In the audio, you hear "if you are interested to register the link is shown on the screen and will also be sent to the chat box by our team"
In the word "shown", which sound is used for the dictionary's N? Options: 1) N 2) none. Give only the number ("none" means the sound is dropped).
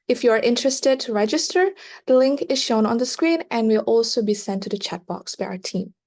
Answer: 1